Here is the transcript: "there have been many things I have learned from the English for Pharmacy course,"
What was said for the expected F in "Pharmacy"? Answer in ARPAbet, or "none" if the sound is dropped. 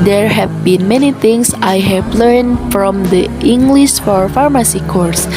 F